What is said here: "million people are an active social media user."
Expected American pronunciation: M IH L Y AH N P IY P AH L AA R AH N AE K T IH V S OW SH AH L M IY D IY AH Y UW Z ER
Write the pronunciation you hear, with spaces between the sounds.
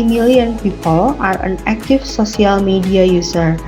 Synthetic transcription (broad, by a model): M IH L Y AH N P IY P AH L AA R AH N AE K T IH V S OW S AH L M IY D IY AH Y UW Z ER